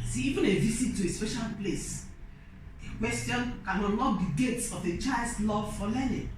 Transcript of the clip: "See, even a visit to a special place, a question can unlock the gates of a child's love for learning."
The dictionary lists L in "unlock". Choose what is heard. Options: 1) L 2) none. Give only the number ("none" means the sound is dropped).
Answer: 2